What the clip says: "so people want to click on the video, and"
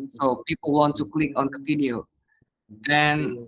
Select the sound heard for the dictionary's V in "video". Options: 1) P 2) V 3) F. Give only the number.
3